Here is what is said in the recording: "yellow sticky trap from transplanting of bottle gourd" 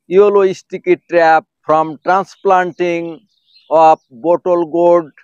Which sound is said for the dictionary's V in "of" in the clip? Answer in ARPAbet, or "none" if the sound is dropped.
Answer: P